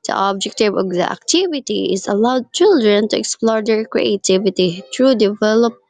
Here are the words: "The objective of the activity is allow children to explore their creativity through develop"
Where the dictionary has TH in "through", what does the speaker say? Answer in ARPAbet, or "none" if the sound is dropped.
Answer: T